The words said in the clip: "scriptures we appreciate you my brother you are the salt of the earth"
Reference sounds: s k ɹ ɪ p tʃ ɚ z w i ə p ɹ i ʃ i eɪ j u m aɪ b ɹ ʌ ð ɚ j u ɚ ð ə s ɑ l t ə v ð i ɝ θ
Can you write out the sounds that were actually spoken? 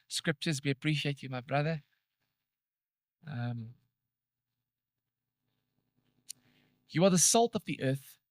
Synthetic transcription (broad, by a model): s k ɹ ɪ p tʃ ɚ z w i ə p ɹ i ʃ i eɪ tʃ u m aɪ b ɹ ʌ ð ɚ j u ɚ ð ə s ɑ l t ə v ð i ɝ θ